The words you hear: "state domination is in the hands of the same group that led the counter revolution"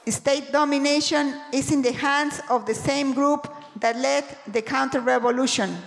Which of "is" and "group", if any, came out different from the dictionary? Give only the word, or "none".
is